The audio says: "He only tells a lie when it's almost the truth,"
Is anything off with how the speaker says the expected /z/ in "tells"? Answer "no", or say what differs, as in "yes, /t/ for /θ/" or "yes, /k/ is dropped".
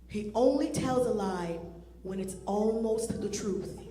no